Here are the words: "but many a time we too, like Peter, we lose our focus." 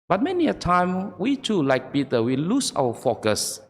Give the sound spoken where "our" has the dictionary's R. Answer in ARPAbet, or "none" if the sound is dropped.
W